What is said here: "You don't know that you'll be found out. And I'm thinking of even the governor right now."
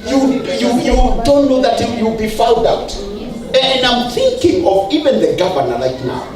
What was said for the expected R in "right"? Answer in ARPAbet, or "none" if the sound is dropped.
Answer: L